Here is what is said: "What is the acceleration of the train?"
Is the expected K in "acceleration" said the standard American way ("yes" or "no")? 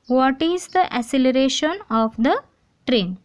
no